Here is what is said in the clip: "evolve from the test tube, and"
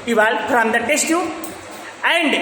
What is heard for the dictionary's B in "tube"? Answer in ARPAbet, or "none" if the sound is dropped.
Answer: none